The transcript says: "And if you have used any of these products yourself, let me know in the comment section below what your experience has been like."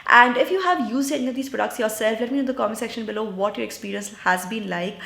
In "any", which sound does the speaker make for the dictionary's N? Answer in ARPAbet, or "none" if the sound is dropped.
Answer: none